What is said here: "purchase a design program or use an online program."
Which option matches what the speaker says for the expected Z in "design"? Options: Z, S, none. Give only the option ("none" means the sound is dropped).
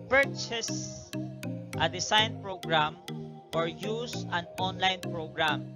S